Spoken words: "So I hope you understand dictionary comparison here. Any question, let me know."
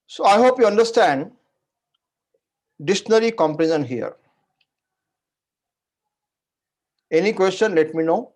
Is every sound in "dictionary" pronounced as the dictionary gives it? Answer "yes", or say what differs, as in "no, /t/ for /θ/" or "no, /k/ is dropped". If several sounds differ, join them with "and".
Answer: no, /k/ is dropped